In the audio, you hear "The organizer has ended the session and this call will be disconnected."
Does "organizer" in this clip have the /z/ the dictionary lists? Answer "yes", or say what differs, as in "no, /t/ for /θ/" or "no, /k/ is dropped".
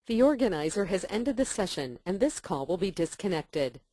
yes